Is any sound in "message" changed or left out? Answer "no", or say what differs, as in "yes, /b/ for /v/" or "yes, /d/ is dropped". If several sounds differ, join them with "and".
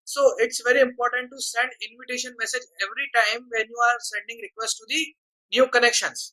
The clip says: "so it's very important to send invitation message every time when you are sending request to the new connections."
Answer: no